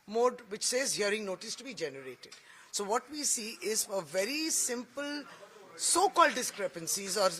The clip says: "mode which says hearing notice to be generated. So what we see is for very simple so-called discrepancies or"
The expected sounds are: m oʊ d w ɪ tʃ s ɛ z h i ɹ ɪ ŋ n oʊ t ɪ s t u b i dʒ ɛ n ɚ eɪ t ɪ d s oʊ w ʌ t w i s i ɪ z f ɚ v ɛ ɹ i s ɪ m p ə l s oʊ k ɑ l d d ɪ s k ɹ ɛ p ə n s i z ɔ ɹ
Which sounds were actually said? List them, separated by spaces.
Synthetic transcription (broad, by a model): m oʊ d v ɪ tʃ s ɛ z h i ɹ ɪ ŋ n oʊ t ɪ s t u b i dʒ ɛ n ɚ eɪ t ɪ d s oʊ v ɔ t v i s i ɪ z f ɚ v ɛ ɹ i s ɪ m p ə l s oʊ k ɑ l d d ɪ s k ɹ ɛ p ə n s i z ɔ ɹ